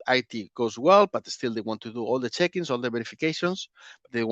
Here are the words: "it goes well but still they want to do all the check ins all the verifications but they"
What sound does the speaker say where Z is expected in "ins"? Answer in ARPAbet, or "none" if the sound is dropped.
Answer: S